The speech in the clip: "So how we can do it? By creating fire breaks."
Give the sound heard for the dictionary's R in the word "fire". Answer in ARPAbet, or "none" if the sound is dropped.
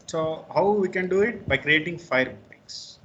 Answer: R